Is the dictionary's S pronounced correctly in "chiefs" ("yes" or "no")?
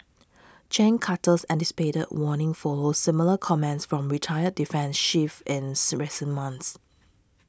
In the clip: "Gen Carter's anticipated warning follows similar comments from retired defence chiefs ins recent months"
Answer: no